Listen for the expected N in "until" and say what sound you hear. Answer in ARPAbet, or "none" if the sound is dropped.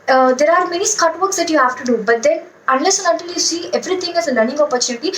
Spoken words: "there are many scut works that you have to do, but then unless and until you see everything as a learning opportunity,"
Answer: none